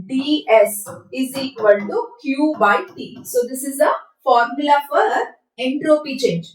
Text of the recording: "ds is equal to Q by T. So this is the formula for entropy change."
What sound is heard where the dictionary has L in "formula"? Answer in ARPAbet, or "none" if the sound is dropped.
L